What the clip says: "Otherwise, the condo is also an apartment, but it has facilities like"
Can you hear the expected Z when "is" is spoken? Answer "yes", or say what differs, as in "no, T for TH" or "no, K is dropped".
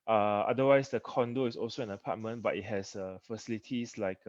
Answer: no, S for Z